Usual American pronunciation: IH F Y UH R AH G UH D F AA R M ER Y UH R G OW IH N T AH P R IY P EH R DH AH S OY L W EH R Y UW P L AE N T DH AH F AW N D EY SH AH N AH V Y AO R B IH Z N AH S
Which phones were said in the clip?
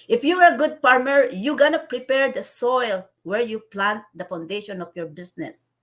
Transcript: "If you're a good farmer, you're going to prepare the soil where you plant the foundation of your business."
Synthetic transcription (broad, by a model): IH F Y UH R AH G UH D P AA R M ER Y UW G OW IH N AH P R IY P EH R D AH S OY L W EH R Y UW P L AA N T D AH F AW N D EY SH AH N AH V Y AO R B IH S N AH S